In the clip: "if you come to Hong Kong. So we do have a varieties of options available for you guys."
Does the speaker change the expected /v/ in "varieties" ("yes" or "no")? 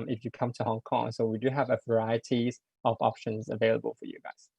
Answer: no